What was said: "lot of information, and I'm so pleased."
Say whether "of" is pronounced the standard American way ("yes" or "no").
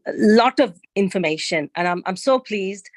yes